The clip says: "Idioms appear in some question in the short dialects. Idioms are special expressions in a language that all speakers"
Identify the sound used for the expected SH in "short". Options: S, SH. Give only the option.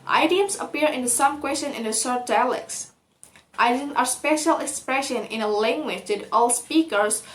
S